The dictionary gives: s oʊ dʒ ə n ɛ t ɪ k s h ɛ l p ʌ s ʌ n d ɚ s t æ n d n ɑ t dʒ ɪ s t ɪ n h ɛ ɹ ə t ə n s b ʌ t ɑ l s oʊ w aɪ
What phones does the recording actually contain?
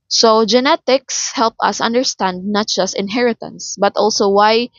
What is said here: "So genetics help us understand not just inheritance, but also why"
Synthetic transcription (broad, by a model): s oʊ dʒ ə n ɛ t ɪ k s h ɛ l p ʌ s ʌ n d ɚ s t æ n d n ɑ t dʒ ɪ s t ɪ n h ɛ ɹ ə t ə n s b ʌ t ɑ l s oʊ w aɪ